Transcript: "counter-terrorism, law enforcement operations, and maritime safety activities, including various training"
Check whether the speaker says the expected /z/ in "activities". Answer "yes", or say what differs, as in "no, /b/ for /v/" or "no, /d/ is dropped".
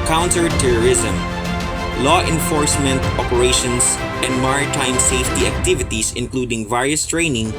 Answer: no, /s/ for /z/